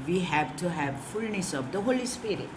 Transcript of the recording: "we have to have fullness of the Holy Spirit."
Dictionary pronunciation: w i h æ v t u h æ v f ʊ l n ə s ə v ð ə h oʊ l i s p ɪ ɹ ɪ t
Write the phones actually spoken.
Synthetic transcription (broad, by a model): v i h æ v t u h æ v f ʊ l n ə s ə v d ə h oʊ l i s p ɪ ɹ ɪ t